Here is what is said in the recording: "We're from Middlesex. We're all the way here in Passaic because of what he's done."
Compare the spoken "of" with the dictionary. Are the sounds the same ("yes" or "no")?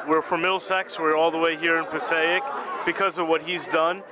yes